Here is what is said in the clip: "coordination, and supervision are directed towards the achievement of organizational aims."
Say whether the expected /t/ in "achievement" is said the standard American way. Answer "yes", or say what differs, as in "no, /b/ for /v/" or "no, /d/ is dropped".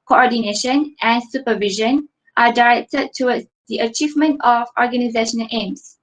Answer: yes